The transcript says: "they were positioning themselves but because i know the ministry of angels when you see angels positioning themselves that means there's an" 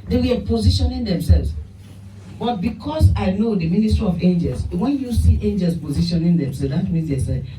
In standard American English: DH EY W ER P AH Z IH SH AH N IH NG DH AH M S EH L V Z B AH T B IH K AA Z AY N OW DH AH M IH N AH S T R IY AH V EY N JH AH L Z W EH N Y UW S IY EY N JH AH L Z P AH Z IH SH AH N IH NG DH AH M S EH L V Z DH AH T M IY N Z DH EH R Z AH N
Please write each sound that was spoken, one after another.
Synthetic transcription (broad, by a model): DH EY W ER P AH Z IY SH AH N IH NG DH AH M S EH L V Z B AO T B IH K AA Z AY N OW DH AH M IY N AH S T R IY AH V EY N JH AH L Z W EH N Y UW S IY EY N JH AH L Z P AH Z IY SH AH N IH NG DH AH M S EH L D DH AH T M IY Z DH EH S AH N